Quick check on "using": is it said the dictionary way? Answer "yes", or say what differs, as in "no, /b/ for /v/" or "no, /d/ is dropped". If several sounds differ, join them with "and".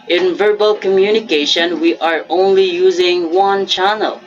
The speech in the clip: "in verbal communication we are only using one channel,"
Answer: yes